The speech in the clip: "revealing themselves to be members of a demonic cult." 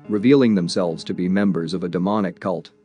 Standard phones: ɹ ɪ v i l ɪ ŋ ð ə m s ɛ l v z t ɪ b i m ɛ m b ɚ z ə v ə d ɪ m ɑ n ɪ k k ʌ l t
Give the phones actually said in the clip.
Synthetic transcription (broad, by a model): ɹ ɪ v i l ɪ ŋ ð ə m s ɛ l v z t ɪ b i m ɛ m b ɚ z ə v ə d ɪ m ɑ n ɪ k k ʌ l t